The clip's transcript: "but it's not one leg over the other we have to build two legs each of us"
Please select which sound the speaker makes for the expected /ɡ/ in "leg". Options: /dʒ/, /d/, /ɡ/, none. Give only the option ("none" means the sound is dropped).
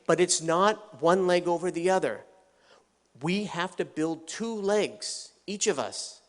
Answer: /ɡ/